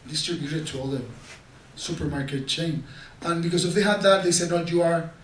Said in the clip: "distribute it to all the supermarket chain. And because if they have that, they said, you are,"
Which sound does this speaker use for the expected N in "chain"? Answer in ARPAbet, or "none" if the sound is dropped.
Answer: N